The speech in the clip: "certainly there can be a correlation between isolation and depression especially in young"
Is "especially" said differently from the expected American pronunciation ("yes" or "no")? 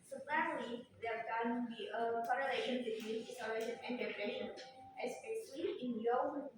yes